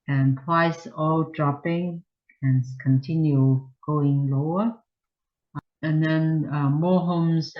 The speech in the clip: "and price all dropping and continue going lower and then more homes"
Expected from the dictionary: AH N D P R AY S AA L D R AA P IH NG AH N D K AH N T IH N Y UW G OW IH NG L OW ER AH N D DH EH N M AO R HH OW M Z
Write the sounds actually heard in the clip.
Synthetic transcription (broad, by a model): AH N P W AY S AA L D R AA P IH NG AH N K AH N T IH N Y UW G OW IH NG L OW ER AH N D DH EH N M AO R HH OW M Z